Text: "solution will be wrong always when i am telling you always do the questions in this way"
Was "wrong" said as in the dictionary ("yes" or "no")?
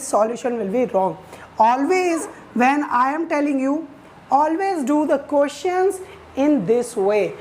yes